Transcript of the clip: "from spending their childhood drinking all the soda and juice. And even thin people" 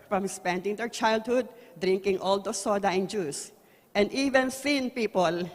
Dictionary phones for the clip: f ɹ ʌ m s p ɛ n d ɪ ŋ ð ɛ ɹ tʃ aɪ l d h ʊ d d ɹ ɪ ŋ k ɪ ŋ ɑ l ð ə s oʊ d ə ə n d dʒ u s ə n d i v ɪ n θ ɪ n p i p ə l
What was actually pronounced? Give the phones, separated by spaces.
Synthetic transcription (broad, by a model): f ɹ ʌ m s p ɛ n d ɪ ŋ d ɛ ɹ tʃ aɪ l d h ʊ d d ɹ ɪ ŋ k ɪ ŋ ɑ l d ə s oʊ d ə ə n dʒ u s ə n d i v ɪ n s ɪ n p i p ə l